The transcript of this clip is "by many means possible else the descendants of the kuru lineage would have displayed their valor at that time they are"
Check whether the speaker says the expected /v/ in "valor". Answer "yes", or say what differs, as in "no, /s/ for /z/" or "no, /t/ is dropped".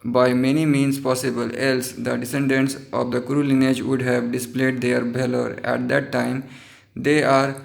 no, /b/ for /v/